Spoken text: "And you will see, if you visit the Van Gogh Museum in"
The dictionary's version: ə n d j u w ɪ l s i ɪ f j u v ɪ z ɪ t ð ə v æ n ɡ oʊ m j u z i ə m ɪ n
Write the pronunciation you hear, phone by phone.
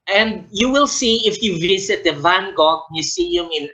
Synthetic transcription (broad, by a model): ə n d j u w ɪ l s i ɪ f j u v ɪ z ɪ t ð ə v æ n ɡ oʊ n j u s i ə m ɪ n